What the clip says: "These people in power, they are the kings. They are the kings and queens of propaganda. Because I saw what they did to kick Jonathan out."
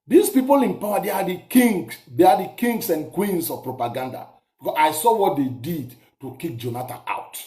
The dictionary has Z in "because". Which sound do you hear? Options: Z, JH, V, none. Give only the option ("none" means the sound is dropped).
none